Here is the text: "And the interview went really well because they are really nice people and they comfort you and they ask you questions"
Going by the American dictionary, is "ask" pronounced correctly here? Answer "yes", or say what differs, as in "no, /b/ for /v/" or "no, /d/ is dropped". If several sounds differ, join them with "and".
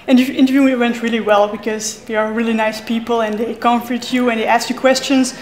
yes